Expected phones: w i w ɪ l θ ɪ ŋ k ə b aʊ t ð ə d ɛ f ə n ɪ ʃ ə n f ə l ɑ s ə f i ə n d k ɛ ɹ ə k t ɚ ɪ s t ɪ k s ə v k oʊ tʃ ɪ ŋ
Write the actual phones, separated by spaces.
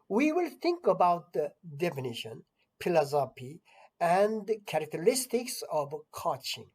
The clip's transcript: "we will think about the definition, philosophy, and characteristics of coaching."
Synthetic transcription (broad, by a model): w i w ɪ l t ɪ ŋ k ə b aʊ t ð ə d ɛ f ə n ɪ ʃ ə n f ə l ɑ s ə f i ə n d k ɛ ɹ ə k t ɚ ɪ s t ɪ k s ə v k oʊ tʃ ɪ ŋ